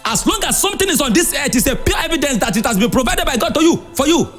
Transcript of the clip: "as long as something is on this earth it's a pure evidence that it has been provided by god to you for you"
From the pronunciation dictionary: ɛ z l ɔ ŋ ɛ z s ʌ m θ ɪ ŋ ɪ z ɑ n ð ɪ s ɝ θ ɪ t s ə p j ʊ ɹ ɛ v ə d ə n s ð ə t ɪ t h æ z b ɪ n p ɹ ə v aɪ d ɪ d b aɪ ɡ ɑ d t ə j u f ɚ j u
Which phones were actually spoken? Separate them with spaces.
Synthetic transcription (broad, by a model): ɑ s l ɔ ŋ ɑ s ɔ m t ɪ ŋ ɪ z ɑ n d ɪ s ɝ t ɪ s ə p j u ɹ ɛ v ə d ə n s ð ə t ɪ t h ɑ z b ɪ n p ɹ ə v aɪ d ɪ d b aɪ ɡ ɑ d t ə j u f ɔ j u